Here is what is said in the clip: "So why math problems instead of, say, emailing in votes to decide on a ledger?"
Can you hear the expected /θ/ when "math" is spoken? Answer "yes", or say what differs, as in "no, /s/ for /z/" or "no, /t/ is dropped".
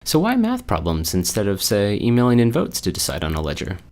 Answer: yes